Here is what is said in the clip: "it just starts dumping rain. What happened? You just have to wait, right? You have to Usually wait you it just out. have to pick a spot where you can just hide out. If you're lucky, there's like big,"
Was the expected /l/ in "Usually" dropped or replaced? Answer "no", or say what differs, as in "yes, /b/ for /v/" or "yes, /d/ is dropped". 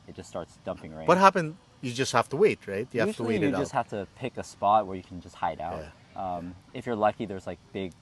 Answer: yes, /l/ is dropped